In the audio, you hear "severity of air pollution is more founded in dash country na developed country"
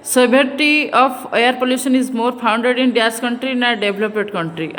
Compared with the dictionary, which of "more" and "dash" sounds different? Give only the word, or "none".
dash